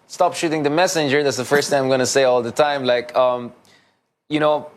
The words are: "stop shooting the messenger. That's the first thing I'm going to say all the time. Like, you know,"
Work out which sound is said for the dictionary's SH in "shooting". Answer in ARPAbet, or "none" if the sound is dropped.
SH